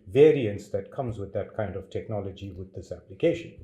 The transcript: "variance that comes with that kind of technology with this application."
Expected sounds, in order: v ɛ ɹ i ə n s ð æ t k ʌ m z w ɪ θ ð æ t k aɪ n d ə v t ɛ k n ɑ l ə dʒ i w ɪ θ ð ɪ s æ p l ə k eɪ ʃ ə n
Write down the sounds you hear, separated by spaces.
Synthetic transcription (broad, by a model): v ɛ ɹ i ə n s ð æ t k ʌ m z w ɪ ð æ t k aɪ n d ə v t ɛ k n ɑ l ə dʒ i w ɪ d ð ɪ s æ p l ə k eɪ ʃ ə n